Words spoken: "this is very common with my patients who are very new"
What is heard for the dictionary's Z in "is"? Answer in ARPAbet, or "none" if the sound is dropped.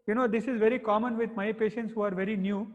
Z